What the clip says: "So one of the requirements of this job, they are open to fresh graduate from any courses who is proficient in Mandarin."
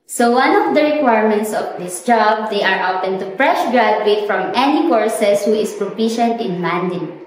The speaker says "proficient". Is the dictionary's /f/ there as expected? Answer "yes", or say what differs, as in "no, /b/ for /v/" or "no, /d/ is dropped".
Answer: no, /p/ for /f/